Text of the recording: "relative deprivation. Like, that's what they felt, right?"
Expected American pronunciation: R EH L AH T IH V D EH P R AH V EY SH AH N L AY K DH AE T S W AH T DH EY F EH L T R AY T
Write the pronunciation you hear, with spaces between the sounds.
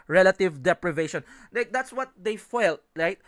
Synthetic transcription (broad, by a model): R EH L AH T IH V D EH P R AH V EY SH AH N L AY K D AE T S W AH T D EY F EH L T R AY T